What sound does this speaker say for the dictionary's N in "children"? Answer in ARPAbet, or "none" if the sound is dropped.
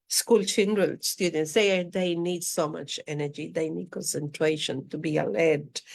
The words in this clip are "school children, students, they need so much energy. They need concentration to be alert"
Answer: L